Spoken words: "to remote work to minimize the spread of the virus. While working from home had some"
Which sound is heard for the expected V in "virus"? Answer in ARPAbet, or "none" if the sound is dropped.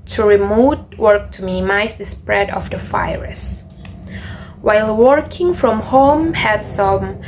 F